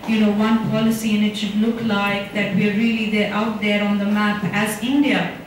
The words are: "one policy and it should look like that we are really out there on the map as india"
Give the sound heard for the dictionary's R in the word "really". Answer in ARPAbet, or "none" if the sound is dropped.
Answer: L